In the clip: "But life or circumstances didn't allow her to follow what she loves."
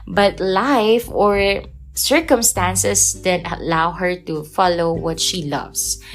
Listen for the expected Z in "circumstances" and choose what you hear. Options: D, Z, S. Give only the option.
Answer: S